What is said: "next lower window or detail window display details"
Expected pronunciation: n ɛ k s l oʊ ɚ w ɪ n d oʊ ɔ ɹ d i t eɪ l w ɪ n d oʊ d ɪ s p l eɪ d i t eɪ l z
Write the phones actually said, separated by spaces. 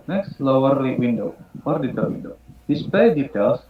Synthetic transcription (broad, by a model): n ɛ k s l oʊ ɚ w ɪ n d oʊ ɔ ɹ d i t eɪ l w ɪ n d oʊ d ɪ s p eɪ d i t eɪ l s